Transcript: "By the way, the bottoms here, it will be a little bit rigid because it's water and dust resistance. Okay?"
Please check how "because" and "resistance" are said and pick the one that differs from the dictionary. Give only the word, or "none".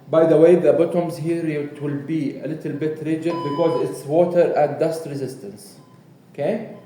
none